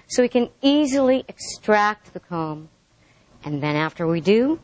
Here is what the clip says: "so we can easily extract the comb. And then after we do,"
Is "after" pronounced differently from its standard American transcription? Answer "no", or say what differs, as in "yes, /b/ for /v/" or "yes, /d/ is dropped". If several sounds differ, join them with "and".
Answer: no